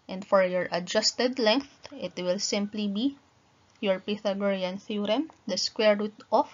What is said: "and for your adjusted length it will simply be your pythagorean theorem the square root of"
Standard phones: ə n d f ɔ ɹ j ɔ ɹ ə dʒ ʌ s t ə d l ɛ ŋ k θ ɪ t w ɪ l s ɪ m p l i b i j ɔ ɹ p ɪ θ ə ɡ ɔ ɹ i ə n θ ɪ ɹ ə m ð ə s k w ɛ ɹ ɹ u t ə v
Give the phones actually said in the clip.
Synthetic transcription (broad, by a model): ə n d f ɔ ɹ j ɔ ɹ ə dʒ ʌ s t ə d l ɛ ŋ k θ ɪ t w ɪ l s ɪ m p l i b i j ɔ ɹ p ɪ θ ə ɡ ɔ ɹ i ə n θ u ɹ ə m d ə s k w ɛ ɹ ɹ u t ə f